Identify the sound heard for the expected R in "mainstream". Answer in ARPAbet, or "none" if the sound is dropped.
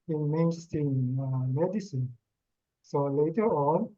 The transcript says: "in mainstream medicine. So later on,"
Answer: none